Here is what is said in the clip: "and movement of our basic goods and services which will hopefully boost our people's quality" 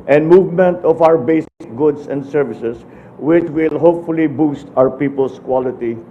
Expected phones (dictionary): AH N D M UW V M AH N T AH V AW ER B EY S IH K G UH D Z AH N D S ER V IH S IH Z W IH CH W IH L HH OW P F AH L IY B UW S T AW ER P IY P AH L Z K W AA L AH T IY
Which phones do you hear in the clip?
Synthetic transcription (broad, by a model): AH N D M UW V M AH N T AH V AW ER B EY S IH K G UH D S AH N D S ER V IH S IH S W IH CH W IH L HH OW P F AH L IY B UW S T AW ER P IY P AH L S K W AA L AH T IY